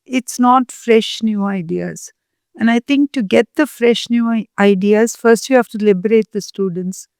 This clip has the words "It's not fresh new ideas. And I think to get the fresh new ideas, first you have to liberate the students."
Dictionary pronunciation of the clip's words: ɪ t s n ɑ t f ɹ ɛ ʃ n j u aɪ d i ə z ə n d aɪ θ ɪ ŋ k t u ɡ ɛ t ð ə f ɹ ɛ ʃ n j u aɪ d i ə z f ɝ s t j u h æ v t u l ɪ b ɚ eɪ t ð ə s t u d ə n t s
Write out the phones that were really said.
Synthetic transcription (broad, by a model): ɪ t s n ɑ t f ɹ ɛ ʃ n j u aɪ d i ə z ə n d aɪ t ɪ ŋ k t u ɡ ɛ t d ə f ɹ ɛ ʃ n j u aɪ d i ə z f ɝ s t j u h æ f t u l ɪ b ɚ eɪ t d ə s t u d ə n t s